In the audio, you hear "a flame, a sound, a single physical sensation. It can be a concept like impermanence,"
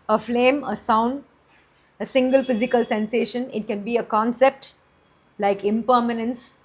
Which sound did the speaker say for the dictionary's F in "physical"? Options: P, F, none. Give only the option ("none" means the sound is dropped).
F